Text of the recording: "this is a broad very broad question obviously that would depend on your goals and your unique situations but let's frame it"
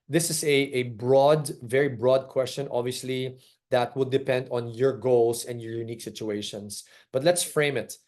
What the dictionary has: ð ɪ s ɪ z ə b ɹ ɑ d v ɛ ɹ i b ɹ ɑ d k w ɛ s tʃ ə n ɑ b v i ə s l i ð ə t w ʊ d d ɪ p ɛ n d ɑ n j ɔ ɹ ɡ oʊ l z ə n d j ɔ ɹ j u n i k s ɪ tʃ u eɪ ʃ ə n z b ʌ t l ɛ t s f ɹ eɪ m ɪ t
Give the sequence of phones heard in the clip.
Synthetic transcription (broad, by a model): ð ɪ s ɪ s ə b ɹ ɑ d v ɛ ɹ i b ɹ ɑ d k w ɛ s tʃ ə n ɑ b v i ə s l i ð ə t w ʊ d d ɪ p ɛ n d ɑ n j ɔ ɹ ɡ oʊ l s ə n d j ɔ ɹ j u n i k s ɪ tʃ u eɪ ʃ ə n s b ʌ t l ɛ t s f ɹ eɪ m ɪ t